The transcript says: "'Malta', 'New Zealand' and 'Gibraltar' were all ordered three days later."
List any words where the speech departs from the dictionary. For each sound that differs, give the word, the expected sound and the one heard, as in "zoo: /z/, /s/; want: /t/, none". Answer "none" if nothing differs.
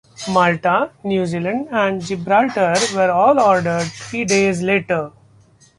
three: /θ/, /t/